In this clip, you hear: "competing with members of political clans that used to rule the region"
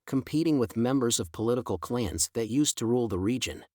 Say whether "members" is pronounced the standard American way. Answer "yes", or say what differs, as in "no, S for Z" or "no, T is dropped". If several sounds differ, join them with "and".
yes